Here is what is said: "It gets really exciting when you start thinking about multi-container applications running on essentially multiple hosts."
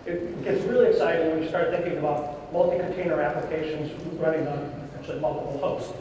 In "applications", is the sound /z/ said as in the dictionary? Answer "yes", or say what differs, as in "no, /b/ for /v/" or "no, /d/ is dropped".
yes